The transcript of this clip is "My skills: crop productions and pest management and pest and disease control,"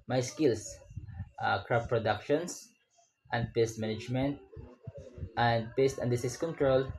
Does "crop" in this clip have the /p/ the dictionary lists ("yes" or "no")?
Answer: no